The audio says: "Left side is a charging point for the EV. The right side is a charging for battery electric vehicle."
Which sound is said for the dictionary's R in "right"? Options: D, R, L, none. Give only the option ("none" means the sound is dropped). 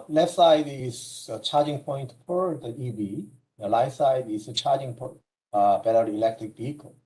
L